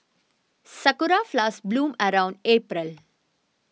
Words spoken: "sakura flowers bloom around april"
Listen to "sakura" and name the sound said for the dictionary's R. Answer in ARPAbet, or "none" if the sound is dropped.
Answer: R